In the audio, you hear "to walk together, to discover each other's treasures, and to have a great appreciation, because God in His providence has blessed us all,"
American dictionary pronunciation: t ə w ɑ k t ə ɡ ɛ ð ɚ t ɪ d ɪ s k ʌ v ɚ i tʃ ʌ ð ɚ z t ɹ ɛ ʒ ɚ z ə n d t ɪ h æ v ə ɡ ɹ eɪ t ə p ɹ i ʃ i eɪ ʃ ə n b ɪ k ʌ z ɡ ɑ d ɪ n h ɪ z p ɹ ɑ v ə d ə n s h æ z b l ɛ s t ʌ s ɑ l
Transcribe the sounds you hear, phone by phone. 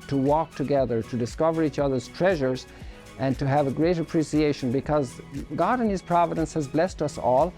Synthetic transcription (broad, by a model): t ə w ɑ k t ə ɡ ɛ ð ɚ t ɪ d ɪ s k ʌ v ɚ i tʃ ʌ ð ɚ z t ɹ ɛ ʒ ɚ z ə n t ɪ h v ə ɡ ɹ eɪ t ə p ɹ i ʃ i eɪ ʃ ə n b ɪ k ʌ z ɡ ɑ d ɪ n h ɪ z p ɹ ɑ v ə d ə n s h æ z b l ɛ s t ʌ s ɑ l